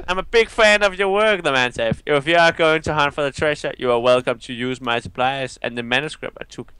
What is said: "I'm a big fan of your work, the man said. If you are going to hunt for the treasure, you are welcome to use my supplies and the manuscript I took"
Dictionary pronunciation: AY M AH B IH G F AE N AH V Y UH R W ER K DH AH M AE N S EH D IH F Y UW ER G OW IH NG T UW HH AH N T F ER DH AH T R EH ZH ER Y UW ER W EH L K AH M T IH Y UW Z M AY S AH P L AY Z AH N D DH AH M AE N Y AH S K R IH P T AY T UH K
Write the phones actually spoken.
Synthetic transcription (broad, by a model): AY M AH B IH G F AE N AH V Y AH R W ER K DH AH M AE N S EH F IH F Y UW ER G OW IH NG T UW HH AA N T F ER DH AH T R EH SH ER Y UW ER W EH L K AH M T IH Y UW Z M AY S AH P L AY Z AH N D DH AH M AE N Y AH S K R IH P T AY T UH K